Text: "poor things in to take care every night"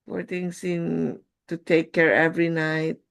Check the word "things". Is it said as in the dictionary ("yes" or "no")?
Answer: no